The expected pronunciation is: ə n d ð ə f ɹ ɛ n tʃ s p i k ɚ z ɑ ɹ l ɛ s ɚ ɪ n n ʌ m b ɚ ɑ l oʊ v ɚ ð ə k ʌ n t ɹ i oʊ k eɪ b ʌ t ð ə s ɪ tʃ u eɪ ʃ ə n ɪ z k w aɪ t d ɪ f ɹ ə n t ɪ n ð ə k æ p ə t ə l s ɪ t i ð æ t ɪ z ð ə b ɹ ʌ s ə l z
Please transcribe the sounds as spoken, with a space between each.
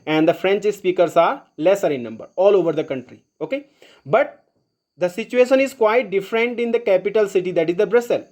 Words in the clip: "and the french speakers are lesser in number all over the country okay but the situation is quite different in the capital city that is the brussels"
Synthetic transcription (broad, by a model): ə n d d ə f ɹ ɛ n tʃ s p i k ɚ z ɑ ɹ l ɛ s ɚ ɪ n n ʌ m b ɚ ɑ l oʊ v ɚ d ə k ʌ n t ɹ i oʊ k eɪ b ʌ t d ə s ɪ tʃ u eɪ ʃ ə n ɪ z k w aɪ t d ɪ f ɹ ə n t ɪ n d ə k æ p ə t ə l s ɪ t i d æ t ɪ z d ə b ɹ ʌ s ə l